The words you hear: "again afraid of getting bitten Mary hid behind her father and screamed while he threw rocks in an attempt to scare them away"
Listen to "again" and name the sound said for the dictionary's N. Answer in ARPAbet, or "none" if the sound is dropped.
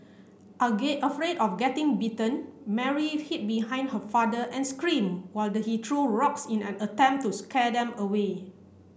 none